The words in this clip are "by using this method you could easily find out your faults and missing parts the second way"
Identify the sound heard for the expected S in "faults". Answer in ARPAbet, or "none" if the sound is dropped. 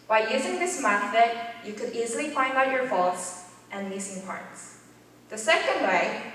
S